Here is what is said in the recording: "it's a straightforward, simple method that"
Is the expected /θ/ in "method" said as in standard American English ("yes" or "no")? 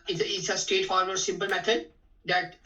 no